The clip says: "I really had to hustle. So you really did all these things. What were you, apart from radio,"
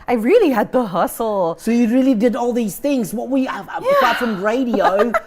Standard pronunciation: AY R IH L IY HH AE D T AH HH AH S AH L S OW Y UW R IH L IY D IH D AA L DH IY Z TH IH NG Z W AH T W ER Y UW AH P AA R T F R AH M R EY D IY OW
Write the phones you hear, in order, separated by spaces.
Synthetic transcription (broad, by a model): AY R IH L IY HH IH D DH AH HH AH S L S OW Y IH R IH L IY D IH D AA L DH IY Z TH IH NG Z W AH T W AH AA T F R AH M R EY D IY OW